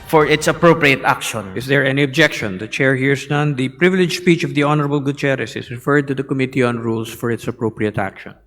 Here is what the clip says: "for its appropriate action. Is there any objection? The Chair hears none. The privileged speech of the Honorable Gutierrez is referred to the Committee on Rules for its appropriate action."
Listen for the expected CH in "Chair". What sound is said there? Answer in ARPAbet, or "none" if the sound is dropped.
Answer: CH